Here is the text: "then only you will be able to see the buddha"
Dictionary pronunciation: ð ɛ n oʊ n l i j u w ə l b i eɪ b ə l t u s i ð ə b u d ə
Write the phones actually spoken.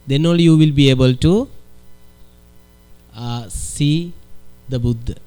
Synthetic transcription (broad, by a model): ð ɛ n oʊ l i j u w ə l b i eɪ b ə l t u s i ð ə b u d